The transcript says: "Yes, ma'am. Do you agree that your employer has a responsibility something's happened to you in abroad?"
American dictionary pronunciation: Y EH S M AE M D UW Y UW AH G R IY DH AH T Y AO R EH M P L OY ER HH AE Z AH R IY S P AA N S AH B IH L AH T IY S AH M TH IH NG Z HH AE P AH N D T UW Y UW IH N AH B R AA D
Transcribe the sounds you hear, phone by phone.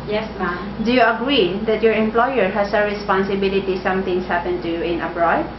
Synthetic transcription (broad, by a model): Y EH S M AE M D UW Y UW AH G R IY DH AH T Y AO R EH M P L OY ER HH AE S AH R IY S P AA N S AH B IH L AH T IY S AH M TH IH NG S HH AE P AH N T UW Y UW IH N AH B R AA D